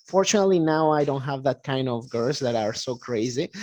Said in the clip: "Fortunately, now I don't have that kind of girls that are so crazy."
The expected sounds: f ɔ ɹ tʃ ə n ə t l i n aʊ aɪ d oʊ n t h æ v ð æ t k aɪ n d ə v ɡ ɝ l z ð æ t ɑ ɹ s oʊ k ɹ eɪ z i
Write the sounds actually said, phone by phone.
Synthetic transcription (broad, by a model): f ɔ ɹ tʃ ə n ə t l i n aʊ aɪ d oʊ n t h æ v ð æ t k aɪ n d ə v ɡ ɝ z ð æ t ɑ ɹ s oʊ k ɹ eɪ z i